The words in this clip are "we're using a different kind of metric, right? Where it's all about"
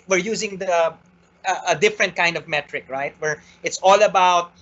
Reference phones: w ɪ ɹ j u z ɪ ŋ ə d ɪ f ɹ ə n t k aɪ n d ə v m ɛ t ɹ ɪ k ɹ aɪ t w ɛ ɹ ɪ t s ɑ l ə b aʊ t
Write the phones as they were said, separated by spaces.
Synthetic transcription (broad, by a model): w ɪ ɹ j u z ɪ ŋ ə d ɪ f ɹ ə n t k aɪ n d ə v m ɛ t ɹ ɪ k ɹ aɪ t w ɛ ɹ ɪ t s ɑ l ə b aʊ t